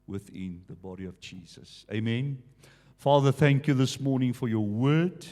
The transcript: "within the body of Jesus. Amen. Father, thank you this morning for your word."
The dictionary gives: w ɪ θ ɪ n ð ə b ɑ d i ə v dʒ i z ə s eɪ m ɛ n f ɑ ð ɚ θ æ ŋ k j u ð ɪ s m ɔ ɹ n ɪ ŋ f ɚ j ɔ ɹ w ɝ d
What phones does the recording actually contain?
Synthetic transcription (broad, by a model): w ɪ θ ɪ n ð ə b ɑ d i ə v dʒ i z ə s eɪ m ɛ n f ɑ ð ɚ θ æ ŋ k j u ð ɪ s m ɔ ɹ n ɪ ŋ f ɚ j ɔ w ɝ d